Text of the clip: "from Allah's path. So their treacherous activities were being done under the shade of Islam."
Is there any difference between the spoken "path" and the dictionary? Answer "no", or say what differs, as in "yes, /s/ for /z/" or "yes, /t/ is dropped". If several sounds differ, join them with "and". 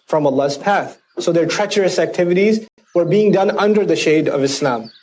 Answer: no